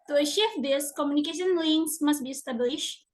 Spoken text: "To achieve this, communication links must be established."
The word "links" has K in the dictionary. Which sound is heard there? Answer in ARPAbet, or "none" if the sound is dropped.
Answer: none